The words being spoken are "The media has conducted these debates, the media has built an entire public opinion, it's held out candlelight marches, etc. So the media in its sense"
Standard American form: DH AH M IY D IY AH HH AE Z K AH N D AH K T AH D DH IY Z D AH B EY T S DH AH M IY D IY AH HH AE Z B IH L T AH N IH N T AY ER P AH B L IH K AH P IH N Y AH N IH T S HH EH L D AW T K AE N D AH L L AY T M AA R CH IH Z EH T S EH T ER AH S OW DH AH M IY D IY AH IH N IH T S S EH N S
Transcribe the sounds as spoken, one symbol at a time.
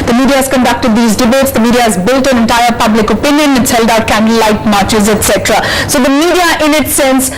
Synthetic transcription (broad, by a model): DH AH M IY D IY AH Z K AH N D AH K T AH D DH IY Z D AH B EY T S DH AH M IY D IY AH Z B IH L T AH N IH N T AY ER P AH B L IH K AH P IH N Y AH N IH T S HH EH L D AW T K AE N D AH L L AY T M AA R CH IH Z EH T S EH T ER AH S OW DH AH M IY D IY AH IH N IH T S S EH N S